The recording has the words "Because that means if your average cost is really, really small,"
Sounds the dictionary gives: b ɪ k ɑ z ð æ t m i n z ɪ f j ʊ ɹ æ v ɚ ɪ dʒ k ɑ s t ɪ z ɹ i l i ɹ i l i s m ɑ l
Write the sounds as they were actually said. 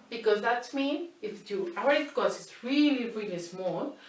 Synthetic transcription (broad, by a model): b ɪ k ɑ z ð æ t m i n ɪ f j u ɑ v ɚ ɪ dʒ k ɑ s ɪ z ɹ i l i ɹ i l i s m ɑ l